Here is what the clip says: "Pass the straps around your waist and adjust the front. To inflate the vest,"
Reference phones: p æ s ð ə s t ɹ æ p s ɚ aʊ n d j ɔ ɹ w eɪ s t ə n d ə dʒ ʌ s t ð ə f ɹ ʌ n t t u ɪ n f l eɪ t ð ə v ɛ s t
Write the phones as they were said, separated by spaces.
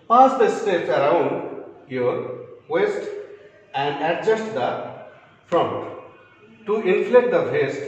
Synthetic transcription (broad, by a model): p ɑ s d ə s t ɛ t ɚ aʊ n d j ɔ ɹ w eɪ s t ə n d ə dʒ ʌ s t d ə f ɹ ʌ n t t u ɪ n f l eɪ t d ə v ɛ s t